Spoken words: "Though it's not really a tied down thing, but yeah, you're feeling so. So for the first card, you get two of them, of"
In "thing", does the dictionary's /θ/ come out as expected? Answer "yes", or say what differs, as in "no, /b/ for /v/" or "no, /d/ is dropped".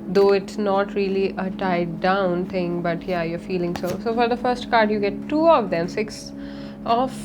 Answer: no, /t/ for /θ/